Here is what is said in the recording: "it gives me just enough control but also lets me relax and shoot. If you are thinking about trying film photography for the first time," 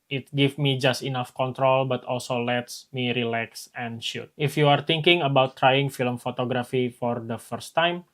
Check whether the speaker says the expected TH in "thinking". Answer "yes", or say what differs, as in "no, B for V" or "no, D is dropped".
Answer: no, T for TH